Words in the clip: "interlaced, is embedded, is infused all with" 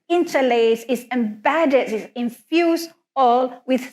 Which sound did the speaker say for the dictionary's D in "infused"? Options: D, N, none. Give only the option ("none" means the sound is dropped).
none